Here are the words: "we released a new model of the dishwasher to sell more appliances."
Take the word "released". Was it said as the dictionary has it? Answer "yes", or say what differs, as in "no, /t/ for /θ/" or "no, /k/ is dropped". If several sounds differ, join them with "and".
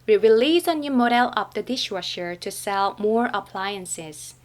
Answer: no, /t/ is dropped